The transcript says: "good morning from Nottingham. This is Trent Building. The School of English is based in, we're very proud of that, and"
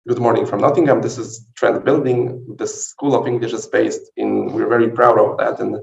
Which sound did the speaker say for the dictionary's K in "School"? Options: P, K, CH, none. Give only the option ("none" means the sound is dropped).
K